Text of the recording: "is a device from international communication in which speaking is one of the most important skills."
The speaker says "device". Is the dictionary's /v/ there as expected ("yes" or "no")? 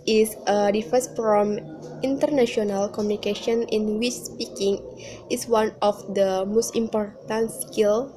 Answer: no